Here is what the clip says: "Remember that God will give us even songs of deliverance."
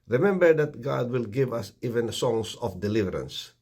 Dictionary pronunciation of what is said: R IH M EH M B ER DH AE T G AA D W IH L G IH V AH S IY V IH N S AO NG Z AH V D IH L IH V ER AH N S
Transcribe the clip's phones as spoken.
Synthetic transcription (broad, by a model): R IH M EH M B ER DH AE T G AA D W IH L G IH V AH S IY V IH N S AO NG S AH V D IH L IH V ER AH N S